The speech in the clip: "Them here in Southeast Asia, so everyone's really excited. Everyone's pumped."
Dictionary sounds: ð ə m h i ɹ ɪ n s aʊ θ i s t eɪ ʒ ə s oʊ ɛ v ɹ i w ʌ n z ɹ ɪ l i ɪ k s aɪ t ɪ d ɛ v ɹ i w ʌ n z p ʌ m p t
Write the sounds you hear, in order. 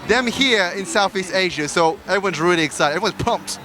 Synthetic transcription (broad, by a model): ð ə m h i ɹ ɪ n s aʊ θ i s t eɪ ʒ ə s oʊ ɛ v ɹ i w ʌ n z ɹ ɪ l i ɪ k s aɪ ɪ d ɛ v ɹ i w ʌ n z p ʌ m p t